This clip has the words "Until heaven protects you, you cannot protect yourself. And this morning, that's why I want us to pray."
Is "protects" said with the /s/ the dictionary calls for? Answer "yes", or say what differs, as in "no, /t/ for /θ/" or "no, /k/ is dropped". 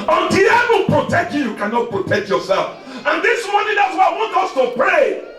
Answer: no, /s/ is dropped